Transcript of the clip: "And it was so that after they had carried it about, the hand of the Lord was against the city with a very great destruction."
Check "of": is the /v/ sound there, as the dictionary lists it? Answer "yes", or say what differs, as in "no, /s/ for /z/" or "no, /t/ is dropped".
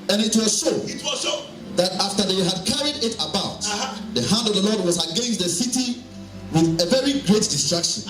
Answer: yes